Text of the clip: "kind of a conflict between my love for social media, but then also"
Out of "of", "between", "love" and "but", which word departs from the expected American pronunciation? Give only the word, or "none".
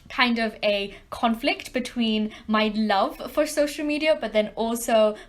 none